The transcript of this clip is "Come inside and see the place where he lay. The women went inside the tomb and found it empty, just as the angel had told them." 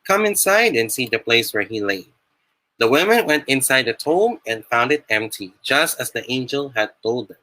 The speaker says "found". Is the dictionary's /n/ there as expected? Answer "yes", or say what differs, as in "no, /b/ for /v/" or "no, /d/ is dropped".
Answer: yes